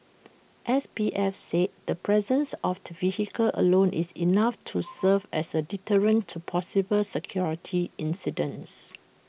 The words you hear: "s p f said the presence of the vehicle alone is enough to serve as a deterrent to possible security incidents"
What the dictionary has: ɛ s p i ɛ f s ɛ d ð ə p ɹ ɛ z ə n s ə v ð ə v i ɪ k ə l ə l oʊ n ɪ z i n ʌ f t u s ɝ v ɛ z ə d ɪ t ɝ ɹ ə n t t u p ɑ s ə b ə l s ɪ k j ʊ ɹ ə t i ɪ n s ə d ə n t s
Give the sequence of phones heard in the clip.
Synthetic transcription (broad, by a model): ɛ s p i ɛ f s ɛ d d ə p ɹ ɛ z ə n s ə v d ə v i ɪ k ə l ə l oʊ n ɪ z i n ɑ f t u s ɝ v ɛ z ə d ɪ t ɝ ɹ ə n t t u p ɑ s ə b ə l s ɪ k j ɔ ɹ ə t i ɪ n s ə d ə n s